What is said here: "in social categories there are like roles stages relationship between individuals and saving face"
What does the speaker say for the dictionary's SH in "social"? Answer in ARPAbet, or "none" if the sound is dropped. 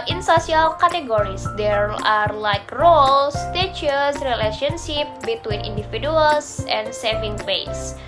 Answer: S